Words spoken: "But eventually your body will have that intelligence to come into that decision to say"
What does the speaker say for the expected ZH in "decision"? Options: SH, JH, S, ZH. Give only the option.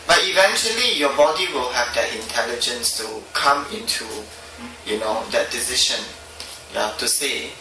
SH